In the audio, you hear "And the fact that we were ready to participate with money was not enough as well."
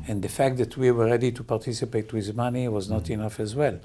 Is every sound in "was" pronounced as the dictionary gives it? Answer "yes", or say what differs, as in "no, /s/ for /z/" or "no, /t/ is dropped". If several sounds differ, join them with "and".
yes